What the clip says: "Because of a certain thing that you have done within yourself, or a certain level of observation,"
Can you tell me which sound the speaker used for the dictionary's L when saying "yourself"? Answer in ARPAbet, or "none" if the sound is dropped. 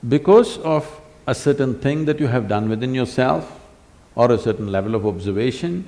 L